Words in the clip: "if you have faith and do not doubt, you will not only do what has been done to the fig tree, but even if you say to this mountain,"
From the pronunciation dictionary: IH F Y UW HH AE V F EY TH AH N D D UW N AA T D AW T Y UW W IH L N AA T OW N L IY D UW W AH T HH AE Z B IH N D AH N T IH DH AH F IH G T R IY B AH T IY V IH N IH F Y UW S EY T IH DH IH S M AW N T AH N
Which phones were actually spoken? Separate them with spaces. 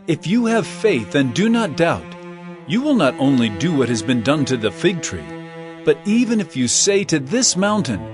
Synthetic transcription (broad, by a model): IH F Y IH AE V F EY TH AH N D D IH N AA T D AW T Y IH W IH L N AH T OW N L IY D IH W AH T HH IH Z B IH N D AH N T IH DH AH F IH G T R IY B AH T IY V IH N IH F Y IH S EY T IH DH IH S M AW N T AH N